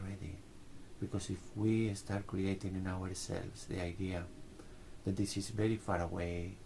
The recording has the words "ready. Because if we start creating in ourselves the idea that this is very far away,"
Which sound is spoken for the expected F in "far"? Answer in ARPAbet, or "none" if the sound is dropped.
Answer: F